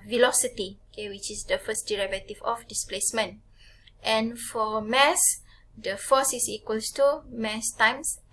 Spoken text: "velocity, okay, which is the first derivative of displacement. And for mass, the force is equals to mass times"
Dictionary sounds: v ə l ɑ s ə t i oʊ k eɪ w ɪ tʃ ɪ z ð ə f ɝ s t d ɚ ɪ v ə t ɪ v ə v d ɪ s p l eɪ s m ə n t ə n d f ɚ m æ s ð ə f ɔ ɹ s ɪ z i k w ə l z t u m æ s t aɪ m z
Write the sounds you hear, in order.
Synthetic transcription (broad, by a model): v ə l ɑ s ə t i oʊ k eɪ w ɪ tʃ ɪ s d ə f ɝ s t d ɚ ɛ v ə t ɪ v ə f d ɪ s p l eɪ s m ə n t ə n f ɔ m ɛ s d ə f ɔ s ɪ s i k w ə l s t u m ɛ s t aɪ m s